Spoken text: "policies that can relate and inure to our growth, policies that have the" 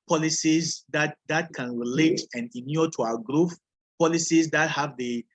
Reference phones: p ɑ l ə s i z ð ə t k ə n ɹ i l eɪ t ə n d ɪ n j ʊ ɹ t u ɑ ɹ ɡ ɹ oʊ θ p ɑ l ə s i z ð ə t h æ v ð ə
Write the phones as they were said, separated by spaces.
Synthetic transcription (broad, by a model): p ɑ l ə s i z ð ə t k ə n ɹ i l eɪ t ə n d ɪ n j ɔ t u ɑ ɡ ɹ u f p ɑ l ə s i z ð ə t h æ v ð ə